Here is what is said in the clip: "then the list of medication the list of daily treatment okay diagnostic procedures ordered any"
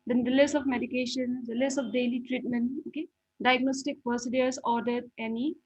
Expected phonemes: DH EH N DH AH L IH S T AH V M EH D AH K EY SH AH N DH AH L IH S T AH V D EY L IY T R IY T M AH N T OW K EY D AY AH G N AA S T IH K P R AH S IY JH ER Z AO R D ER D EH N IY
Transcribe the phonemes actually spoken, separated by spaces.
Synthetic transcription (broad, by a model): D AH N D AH L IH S AH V M EH D AH K EY SH AH N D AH L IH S AH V D EY L IY T R IY T M AH N T OW K EY D AY AH G N AA S T IH K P AH S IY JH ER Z AO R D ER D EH N IY